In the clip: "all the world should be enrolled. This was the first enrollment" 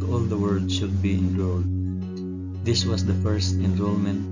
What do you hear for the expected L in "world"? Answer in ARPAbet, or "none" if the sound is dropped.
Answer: none